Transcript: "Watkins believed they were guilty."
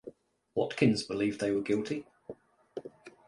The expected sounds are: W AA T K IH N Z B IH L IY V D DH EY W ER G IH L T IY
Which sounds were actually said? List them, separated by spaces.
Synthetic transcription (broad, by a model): W AA T K IH N Z B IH L IY V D DH EY W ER G IH L T IY